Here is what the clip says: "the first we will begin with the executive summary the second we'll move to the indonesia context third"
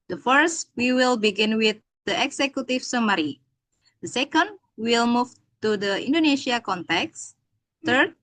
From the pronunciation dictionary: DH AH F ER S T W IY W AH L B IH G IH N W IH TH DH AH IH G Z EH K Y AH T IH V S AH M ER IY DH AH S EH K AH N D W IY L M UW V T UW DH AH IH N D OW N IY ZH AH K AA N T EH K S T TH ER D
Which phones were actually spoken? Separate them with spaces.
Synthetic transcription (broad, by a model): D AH F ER S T W IY W AH L B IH G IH N W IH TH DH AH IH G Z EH K Y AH T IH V S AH M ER IY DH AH S EH K AH N D W IY L M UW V T UW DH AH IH N D OW N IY SH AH K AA N T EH K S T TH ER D